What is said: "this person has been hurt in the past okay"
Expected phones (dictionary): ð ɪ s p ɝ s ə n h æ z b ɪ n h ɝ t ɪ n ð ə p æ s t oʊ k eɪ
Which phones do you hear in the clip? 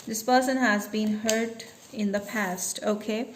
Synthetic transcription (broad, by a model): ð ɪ s p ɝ s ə n h æ z b ɪ n h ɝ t ɪ n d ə p æ s t oʊ k eɪ